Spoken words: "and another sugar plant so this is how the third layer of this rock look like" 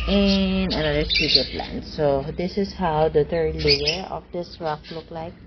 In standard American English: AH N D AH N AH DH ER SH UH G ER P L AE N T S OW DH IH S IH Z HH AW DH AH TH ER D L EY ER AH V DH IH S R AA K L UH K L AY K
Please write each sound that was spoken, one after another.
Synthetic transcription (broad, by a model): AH N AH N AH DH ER S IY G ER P L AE N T S OW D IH S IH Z HH AW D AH T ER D L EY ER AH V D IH S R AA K L UH K L AY K